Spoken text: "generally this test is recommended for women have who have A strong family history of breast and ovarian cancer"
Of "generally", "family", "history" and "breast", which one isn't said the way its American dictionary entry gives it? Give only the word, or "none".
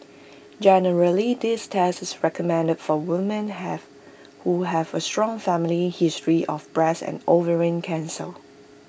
breast